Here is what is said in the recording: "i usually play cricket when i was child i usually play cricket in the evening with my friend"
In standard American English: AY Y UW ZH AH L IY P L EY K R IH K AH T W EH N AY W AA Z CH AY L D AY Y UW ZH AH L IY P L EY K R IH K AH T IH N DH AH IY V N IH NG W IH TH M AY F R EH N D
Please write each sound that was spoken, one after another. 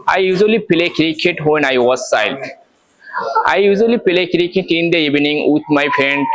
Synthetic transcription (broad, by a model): AY Y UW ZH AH L IY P L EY K R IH K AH T W EH N AY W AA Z S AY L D AY Y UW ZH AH L IY P L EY K R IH K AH T IH N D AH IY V N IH NG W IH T M AY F R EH N D